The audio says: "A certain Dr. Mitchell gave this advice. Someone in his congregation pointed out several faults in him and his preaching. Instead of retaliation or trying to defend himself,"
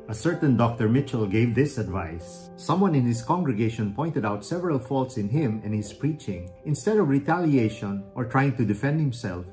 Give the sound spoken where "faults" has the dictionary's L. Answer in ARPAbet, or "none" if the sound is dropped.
L